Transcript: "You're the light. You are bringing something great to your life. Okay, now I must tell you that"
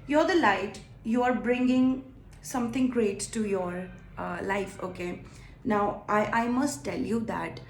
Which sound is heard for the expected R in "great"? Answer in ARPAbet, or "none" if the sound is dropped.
R